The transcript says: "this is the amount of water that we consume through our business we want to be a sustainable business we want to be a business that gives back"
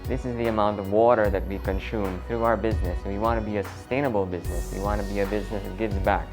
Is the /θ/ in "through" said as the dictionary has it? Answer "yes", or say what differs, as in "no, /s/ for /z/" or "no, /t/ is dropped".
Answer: yes